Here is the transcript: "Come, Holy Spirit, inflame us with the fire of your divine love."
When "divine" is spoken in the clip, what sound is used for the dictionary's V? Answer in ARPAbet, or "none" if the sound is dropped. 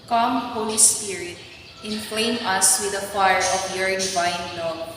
B